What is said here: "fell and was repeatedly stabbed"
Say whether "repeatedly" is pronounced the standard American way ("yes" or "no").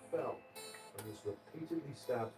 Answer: yes